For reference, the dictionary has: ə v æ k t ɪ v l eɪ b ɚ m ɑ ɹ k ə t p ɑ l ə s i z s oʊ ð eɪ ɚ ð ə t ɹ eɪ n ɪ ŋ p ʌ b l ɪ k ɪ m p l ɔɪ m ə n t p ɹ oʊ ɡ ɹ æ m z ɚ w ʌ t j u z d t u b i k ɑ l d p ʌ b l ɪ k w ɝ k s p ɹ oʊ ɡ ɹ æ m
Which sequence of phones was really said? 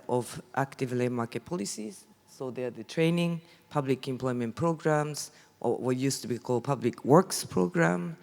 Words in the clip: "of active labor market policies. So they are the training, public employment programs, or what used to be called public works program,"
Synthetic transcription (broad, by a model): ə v æ k t ɪ v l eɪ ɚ m ɑ ɹ k ə t p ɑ l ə s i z s oʊ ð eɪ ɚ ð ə t ɹ eɪ n ɪ ŋ p ʌ b l ɪ k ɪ m p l ɔɪ m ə n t p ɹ oʊ ɡ ɹ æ m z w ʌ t j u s t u b i k ɑ l d p ʌ b l ɪ k w ɝ k s p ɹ oʊ ɡ ɹ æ m